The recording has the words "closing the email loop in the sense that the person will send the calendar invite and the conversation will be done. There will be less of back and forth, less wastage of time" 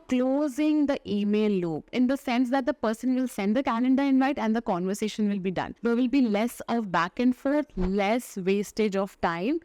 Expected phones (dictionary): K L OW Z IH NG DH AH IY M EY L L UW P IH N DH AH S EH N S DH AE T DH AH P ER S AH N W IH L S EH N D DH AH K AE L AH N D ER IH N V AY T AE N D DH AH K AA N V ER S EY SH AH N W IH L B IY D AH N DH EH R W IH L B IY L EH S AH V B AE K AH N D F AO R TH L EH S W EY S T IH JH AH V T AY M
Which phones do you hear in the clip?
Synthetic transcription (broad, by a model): K L OW Z IH NG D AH IY M EY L L UW P IH N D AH S EH N S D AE T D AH P ER S AH N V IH L S EH N D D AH K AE N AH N D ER IH N V AY T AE N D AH K AA N V ER S EY SH AH N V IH L B IY D AH N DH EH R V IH L B IY L EH S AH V B AE K AH N D F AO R T L EH S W EY S T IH JH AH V T AY M